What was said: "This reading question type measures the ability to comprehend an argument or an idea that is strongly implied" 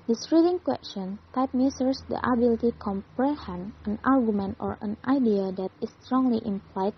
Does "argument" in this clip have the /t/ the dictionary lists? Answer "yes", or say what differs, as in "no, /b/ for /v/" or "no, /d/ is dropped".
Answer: yes